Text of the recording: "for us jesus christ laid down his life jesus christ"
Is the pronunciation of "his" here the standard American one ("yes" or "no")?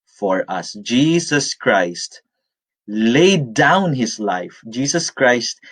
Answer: no